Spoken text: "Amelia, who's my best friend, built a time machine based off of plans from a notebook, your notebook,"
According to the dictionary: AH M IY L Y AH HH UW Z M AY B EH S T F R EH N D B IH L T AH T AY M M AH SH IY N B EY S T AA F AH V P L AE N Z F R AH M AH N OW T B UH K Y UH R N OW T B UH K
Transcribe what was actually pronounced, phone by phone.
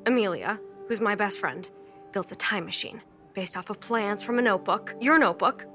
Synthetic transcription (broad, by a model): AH M IY L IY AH HH UW Z M AY B EH S T F R EH N D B IH L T AH T AY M M AH SH IY N B EY S T AA F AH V P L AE N S F R AH M AH N OW T B UH K Y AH R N OW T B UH K